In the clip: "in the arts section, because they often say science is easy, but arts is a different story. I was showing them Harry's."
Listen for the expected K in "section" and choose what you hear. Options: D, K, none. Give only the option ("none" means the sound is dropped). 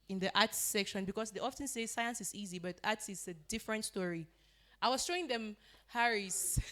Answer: K